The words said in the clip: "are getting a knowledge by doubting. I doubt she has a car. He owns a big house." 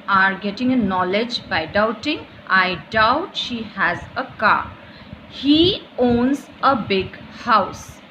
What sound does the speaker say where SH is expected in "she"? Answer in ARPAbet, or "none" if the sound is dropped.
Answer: SH